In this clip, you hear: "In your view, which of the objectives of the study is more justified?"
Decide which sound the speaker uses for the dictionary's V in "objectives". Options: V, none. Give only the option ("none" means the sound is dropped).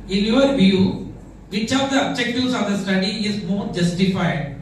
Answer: none